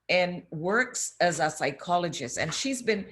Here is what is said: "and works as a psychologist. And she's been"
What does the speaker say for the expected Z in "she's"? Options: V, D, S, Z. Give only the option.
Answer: Z